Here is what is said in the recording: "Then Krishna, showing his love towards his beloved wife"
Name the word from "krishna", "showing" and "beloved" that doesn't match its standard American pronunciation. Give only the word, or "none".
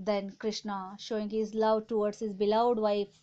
beloved